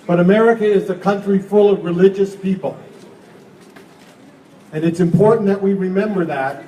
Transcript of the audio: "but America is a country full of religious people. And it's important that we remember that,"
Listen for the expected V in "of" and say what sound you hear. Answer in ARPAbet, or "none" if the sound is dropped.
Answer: V